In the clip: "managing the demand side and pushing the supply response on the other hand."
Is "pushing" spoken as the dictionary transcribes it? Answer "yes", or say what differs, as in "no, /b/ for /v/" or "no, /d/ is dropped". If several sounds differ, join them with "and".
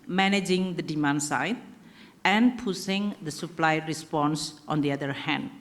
no, /s/ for /ʃ/